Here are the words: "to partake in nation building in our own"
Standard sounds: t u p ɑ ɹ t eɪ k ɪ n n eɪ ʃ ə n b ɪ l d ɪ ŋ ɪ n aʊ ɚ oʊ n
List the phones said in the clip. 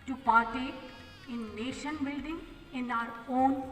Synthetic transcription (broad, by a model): t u p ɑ ɹ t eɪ ɪ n n eɪ ʃ ə n b ɪ l d ɪ ŋ ɪ n aʊ ɚ oʊ n